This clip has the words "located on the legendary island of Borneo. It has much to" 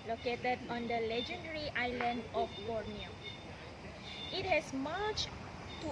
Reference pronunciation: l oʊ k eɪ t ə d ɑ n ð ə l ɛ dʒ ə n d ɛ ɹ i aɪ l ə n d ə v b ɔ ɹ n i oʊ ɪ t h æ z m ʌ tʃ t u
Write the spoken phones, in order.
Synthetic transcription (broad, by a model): l oʊ k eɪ t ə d ɑ n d ə l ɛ dʒ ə n d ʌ ɹ i aɪ l ə n d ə f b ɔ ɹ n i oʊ ɪ t h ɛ s m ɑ tʃ t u